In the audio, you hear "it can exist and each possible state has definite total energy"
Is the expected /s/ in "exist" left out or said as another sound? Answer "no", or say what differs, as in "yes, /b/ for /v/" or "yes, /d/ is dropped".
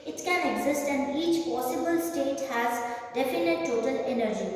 no